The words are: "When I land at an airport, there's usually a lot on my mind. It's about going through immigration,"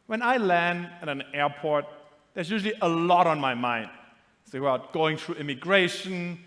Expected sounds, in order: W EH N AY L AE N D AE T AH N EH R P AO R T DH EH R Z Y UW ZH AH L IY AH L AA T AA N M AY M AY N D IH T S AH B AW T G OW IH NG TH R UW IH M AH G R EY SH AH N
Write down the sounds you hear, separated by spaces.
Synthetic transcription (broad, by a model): W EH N AY L AE N D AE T AH N EH R P AO R T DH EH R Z Y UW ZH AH L IY AH L AA T AA N M AY M AY N D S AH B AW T G OW IH NG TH R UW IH M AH G R EY SH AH N